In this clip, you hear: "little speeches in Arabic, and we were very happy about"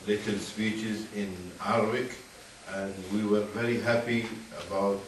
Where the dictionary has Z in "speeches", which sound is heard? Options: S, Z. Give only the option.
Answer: Z